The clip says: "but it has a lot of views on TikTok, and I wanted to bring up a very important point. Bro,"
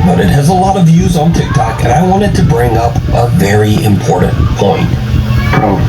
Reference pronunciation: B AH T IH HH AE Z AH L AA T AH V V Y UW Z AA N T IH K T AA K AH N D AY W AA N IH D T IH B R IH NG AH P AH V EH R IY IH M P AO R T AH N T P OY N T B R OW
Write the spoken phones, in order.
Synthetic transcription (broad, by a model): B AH T IH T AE Z AH L AA T AH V V Y UW Z N T IH K T AA K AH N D AY W AA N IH D T IH B R IH NG AH P AH V EH R IY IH M P AO R T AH N P OY N T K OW